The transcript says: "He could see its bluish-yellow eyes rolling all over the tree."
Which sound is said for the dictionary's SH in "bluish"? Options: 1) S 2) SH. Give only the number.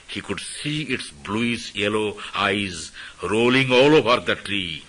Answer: 1